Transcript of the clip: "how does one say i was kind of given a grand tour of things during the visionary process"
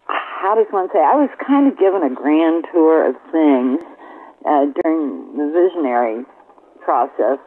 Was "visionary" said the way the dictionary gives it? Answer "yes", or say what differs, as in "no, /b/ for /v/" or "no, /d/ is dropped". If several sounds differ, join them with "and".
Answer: yes